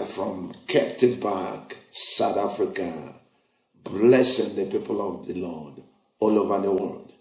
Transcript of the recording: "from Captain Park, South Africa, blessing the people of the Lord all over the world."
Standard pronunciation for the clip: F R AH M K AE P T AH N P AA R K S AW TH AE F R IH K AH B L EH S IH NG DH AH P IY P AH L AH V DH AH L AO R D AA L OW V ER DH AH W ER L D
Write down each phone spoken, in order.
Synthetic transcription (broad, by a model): F R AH M K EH P T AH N B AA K S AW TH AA F R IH K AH B L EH S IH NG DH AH P IY P AH L AH V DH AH L AO D AA L OW V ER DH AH W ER L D